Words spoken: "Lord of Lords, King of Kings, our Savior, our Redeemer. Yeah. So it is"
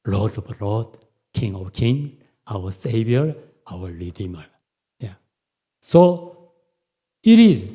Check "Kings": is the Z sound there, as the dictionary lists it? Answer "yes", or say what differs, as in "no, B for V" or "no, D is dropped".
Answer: no, Z is dropped